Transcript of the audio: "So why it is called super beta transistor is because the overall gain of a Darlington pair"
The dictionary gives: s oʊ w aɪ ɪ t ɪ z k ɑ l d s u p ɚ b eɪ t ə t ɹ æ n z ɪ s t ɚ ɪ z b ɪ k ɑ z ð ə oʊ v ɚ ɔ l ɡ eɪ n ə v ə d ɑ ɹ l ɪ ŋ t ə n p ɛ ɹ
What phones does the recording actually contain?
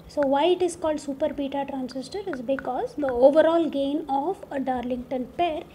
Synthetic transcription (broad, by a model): s oʊ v aɪ ɪ t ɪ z k ɑ l d s u p ɚ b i t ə t ɹ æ n s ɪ s t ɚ ɪ z b ɪ k ɑ z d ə oʊ v ɚ ɔ l ɡ eɪ n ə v ə d ɑ ɹ l ɪ ŋ t ə n p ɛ ɹ